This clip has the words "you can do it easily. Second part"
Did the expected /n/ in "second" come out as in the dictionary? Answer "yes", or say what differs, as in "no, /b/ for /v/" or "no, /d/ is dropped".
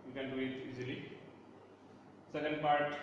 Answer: no, /l/ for /n/